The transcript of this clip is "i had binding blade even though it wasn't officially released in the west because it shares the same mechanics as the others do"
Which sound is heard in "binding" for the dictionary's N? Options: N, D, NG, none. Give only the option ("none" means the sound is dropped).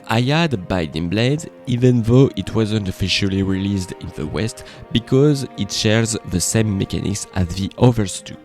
none